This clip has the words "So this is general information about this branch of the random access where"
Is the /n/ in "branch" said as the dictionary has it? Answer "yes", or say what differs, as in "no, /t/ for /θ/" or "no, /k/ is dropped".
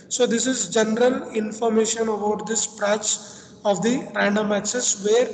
no, /n/ is dropped